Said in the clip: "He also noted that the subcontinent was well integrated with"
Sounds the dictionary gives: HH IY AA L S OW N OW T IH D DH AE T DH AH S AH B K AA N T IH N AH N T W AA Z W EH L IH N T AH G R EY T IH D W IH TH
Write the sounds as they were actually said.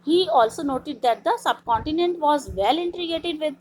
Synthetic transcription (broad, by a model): HH IY AA L S OW N OW T IH D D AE T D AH S AH B K AA N T IH N AH N T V AA Z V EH L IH N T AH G EY T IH D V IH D